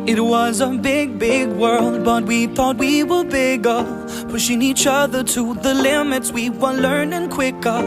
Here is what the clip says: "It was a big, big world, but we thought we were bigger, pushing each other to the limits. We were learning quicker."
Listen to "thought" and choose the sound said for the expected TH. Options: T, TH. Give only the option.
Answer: TH